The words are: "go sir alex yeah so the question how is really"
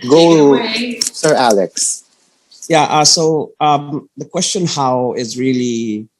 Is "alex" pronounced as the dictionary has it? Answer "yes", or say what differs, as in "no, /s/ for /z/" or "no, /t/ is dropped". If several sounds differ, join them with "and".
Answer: yes